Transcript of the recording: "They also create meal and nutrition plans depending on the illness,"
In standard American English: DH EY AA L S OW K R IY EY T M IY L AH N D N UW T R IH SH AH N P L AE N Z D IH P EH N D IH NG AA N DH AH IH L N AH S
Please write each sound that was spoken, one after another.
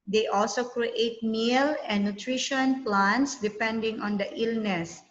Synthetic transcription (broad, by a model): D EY AA L S OW K R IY EY T M IY L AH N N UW T R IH SH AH N P L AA N S D IH P EH N D IH NG AA N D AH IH L N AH S